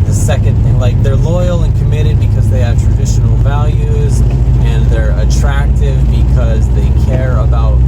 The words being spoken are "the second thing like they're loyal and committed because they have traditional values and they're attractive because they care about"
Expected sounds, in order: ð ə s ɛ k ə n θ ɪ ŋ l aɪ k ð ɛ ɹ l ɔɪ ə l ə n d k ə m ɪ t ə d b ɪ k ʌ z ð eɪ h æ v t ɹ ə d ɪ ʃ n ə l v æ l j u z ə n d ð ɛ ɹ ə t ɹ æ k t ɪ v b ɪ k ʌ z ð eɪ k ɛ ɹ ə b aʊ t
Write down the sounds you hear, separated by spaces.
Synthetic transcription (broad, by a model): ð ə s ɛ k ə n θ ɪ ŋ l aɪ k ð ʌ ɹ l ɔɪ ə l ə n k ə m ɪ t ə d b ɪ k ʌ z ð eɪ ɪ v t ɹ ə d ɪ ʃ n l v æ l j u z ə n ð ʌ ɹ ə t ɹ æ k t ɪ v b ɪ k ʌ z ð eɪ k ɛ ɹ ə b aʊ t